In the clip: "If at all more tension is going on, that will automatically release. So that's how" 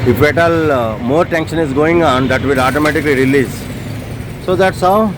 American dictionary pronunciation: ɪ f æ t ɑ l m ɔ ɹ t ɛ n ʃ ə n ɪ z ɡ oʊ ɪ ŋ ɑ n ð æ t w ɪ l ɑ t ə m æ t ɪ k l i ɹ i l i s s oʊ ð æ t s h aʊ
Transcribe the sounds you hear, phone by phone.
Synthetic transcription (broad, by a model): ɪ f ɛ t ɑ l m ɔ ɹ t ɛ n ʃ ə n ɪ z ɡ oʊ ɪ ŋ ɑ n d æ t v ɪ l ɑ t ə m æ t ɪ k l i ɹ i l i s s oʊ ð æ t s h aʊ